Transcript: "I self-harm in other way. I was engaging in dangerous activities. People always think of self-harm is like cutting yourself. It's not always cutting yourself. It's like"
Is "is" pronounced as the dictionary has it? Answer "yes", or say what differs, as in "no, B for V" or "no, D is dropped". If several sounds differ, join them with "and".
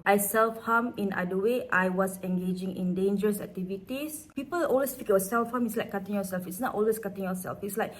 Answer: no, S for Z